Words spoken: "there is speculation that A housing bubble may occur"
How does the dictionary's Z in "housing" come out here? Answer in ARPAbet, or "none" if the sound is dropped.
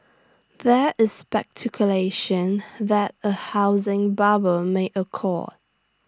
Z